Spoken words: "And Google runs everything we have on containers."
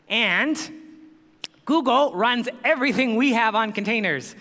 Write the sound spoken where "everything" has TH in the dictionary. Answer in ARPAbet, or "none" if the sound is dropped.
TH